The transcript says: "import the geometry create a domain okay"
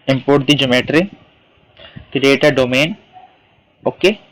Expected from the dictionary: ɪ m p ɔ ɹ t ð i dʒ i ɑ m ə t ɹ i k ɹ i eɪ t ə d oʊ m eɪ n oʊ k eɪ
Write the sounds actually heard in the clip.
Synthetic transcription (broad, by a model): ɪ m p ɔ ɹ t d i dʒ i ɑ m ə t ɹ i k i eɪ t ə d oʊ m eɪ n oʊ k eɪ